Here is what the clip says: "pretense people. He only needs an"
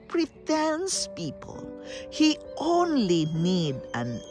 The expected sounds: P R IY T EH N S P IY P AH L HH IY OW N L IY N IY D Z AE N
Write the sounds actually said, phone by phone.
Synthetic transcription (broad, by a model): P R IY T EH N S P IY P AH L HH IY OW N L IY N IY D AE N